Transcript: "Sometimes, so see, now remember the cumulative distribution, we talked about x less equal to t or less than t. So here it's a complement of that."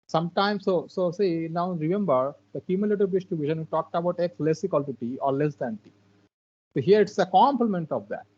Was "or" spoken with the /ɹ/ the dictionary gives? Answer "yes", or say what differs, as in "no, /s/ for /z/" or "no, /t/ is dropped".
yes